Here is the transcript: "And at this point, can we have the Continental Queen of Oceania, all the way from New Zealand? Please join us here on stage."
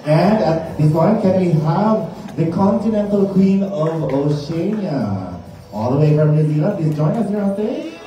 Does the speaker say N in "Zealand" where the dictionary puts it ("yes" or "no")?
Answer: no